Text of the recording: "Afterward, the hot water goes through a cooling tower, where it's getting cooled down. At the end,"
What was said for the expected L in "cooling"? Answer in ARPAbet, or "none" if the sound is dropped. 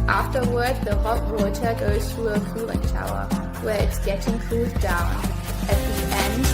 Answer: none